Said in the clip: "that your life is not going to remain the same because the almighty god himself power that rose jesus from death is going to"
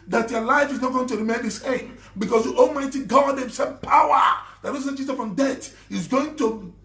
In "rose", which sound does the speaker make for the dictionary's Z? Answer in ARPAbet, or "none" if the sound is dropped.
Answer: S